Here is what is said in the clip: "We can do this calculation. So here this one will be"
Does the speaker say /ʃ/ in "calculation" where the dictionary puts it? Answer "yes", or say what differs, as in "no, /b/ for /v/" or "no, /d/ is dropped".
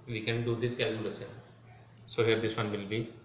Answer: no, /s/ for /ʃ/